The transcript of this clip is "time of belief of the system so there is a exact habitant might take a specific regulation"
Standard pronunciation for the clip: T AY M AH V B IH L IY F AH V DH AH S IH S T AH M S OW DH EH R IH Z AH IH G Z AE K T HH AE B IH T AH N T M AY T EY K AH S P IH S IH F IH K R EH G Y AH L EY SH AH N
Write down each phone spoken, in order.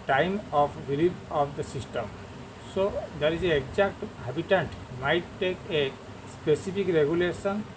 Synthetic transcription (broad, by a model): T AY M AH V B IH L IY P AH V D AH S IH S T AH M S OW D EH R IH Z AH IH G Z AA K T HH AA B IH T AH N T M AY T EY K AH S P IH S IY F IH K R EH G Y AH L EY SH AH N